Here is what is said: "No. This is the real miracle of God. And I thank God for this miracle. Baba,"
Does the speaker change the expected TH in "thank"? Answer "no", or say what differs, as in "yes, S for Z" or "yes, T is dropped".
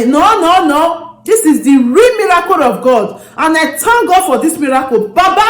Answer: yes, T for TH